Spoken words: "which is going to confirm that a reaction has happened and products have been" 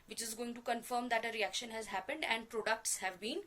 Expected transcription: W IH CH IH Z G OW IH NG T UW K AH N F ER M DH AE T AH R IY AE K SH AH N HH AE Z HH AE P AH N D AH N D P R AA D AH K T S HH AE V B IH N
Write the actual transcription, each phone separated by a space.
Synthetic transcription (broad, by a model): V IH CH IH Z G OW IH NG T UW K AH N F ER M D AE T AH R IY AE K SH AH N HH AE Z HH AE P AH N D AH N D P R AA D AH K T S HH AE V B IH N